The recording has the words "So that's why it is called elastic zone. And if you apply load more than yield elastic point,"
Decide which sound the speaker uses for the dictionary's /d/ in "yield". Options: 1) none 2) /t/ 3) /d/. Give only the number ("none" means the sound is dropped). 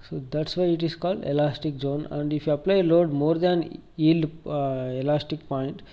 1